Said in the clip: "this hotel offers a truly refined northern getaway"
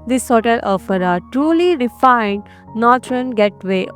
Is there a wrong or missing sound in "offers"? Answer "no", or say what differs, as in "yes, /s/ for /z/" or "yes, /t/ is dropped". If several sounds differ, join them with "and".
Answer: yes, /z/ is dropped